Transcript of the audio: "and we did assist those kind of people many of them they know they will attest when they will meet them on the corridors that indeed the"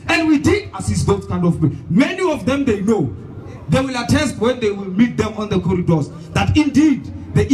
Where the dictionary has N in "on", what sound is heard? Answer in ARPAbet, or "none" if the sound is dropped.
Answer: N